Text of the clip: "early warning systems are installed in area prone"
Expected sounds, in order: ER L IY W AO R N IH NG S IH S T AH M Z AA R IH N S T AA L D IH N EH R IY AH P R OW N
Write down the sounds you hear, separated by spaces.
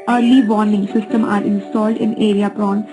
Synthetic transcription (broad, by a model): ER L IY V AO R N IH NG S IH S T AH M AA R IH N S T AA L D IH N EH R IY AH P R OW N